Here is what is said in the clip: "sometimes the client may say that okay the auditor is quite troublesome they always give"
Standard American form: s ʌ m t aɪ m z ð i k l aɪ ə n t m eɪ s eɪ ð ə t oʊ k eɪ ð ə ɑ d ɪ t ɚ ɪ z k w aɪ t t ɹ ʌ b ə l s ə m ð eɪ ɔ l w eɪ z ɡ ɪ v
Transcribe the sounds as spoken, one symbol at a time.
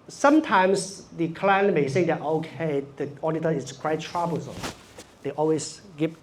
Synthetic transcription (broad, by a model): s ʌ m t aɪ m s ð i k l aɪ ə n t m eɪ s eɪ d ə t oʊ k eɪ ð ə ɑ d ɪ t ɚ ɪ s k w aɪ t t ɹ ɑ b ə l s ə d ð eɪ ɔ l w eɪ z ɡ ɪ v